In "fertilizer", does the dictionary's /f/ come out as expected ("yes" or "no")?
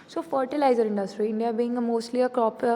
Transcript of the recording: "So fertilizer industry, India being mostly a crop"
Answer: yes